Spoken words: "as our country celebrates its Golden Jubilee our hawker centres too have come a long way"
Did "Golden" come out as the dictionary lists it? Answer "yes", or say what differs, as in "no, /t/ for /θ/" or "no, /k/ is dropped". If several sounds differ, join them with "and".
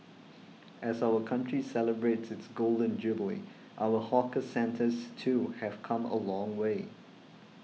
yes